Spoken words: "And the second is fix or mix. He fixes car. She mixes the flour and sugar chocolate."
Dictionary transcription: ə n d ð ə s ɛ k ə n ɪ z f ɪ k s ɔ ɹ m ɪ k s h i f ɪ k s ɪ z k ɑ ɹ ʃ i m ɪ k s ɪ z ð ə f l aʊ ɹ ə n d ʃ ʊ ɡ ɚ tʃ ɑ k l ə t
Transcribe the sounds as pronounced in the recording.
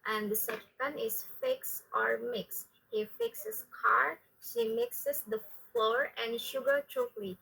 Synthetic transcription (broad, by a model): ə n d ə s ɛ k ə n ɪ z f ɪ k s ɔ ɹ m ɪ k s h i f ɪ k s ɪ s k ɑ ɹ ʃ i m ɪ k s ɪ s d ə f l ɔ ɹ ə n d ʃ ʊ ɡ ɚ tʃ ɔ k l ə